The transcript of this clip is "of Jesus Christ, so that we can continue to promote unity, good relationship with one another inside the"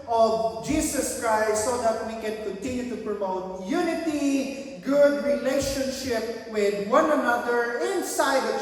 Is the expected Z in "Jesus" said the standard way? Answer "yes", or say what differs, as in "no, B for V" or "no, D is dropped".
no, S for Z